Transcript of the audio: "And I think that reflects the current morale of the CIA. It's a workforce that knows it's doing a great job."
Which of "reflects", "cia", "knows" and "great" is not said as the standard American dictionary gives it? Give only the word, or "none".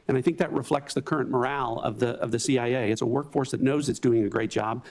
none